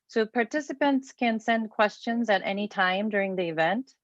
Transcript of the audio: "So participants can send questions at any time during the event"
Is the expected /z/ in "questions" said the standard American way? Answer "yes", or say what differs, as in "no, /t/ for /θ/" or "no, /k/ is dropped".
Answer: yes